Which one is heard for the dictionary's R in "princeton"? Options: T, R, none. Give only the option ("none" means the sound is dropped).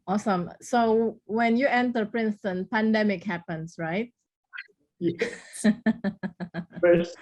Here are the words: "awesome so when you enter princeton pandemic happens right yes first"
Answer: R